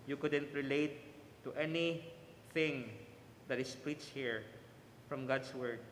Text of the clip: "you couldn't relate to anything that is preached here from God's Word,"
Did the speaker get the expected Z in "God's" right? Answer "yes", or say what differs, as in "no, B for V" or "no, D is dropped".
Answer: no, S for Z